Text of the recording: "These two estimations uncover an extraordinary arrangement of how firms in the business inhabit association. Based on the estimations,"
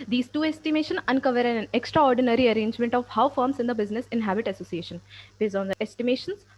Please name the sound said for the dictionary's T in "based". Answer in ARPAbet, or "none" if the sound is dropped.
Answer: none